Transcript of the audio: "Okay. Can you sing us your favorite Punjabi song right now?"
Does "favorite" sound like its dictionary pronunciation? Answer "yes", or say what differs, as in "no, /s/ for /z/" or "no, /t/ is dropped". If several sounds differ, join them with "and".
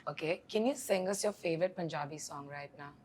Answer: yes